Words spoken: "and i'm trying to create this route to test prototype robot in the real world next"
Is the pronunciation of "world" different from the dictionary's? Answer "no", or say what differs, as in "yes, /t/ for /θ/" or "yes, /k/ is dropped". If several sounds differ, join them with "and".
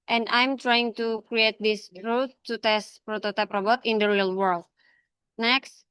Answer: no